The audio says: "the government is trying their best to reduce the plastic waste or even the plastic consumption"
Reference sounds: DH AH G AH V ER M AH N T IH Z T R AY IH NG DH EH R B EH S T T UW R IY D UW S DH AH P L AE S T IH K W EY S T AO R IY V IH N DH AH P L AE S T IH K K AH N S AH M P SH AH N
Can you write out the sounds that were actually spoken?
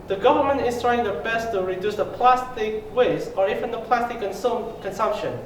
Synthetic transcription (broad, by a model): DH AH G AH V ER M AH N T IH S T R AY IH NG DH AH B EH S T T UW R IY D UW S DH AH P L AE S T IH K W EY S AO R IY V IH N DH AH P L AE S T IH K K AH N S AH M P SH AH N